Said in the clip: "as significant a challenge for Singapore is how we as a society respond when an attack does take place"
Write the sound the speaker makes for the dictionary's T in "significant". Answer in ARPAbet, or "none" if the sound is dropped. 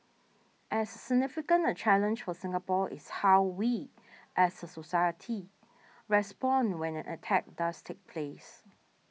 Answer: none